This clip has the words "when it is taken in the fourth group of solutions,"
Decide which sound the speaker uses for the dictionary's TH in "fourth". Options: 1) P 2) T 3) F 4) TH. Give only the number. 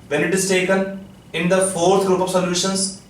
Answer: 2